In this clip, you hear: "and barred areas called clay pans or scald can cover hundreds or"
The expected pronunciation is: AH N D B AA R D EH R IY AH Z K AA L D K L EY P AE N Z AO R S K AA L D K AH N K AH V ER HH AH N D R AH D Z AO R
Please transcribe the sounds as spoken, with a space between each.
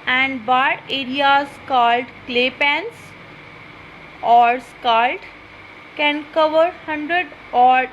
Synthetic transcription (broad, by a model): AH N D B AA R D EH R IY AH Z K AA L D K L EY P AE N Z AO R S K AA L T K AH N K AH V ER HH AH N D R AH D AO R